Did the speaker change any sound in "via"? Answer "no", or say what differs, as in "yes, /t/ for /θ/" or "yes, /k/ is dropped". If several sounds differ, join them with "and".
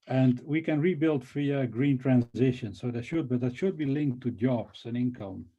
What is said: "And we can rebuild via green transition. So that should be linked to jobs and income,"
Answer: yes, /f/ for /v/